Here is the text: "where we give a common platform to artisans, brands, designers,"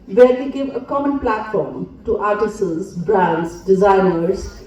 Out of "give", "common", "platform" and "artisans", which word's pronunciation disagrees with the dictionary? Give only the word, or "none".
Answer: artisans